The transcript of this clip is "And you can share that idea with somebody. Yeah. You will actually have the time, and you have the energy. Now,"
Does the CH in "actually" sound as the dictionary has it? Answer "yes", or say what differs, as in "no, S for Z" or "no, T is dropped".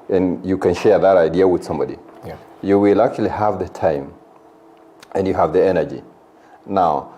no, CH is dropped